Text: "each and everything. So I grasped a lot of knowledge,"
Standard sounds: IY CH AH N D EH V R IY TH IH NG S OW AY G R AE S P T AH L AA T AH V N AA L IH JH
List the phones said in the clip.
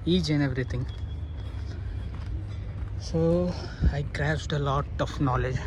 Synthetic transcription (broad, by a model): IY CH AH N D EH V R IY T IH NG S OW AY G R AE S T AH L AA T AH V N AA L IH JH